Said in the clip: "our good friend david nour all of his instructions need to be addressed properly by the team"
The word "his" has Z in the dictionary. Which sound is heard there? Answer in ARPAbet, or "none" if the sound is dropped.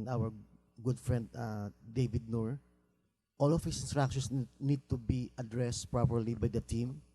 S